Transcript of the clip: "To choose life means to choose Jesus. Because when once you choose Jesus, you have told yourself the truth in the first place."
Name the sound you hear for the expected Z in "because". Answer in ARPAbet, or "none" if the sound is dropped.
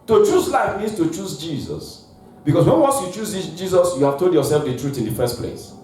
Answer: S